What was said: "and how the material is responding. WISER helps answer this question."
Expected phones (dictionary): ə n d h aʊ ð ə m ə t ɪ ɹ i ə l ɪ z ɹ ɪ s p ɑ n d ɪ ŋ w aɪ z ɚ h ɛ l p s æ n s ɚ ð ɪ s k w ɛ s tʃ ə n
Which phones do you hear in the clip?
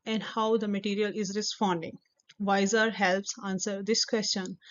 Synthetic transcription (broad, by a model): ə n d h aʊ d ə m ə t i ɹ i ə l ɪ z ɹ ɪ s p ɑ n d ɪ ŋ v aɪ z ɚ h ɛ l p s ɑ n s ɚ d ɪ s k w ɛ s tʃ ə n